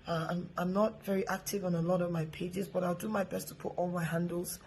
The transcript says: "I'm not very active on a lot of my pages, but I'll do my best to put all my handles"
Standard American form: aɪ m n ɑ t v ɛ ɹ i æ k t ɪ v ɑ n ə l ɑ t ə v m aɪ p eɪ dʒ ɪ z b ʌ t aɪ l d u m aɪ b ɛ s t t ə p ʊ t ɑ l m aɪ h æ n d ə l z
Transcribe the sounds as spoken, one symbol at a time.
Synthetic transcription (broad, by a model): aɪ m n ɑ t v ɛ ɹ i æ k t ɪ v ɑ n ə l ɑ t ə v m aɪ p eɪ dʒ ɪ z b ʌ t aɪ l d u m aɪ b ɛ s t t ə p ʊ t ɑ l m aɪ h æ n d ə l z